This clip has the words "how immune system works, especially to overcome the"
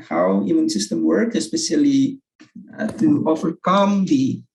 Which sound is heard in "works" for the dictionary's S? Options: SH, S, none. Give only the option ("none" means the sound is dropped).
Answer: none